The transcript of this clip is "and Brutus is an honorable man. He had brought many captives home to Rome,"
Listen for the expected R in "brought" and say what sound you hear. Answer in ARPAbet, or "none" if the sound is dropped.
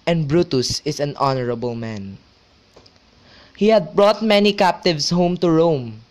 R